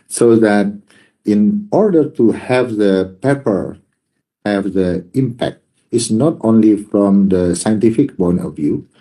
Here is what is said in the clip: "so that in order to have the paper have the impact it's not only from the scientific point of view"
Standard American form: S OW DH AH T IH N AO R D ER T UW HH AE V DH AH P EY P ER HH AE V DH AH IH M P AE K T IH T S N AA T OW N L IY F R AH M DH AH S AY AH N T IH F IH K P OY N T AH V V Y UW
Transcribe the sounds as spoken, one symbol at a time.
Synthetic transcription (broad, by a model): S OW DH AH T IH N AO R D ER T UW HH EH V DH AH P EY P ER HH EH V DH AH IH M P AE K T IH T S N AA T OW N L IY F R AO M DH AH S AY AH N T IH F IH K B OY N AH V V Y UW